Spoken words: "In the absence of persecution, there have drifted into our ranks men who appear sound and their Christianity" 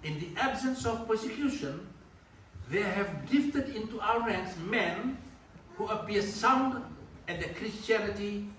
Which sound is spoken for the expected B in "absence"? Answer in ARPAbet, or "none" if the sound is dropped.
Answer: B